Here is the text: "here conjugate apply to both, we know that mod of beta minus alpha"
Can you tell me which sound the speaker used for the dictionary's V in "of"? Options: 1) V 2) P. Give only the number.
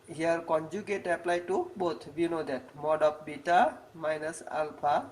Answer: 2